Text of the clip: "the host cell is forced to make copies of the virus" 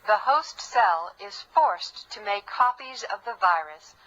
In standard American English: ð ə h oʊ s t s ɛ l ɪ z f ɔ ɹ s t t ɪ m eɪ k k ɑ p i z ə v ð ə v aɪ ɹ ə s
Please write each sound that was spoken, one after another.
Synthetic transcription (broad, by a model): ð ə h oʊ s t s ɛ l ɪ z f ɔ ɹ s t t ɪ m eɪ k k ɑ p i z ə v ð ə v aɪ ɹ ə s